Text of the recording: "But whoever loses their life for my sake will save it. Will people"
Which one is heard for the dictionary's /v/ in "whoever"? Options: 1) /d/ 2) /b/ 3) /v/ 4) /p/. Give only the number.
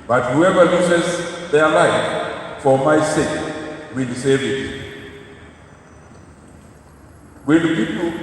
3